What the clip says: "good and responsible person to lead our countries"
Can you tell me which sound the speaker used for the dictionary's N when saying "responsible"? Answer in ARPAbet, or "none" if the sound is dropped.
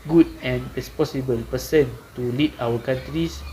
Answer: none